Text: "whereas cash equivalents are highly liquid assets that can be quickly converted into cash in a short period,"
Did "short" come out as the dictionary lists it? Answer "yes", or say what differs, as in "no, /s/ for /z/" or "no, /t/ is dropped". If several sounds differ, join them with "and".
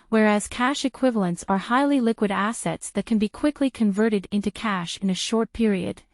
yes